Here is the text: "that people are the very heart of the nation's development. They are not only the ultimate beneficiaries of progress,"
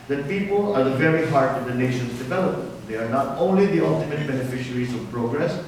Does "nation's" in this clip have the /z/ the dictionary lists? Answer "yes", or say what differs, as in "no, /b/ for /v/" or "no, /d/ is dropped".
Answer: no, /s/ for /z/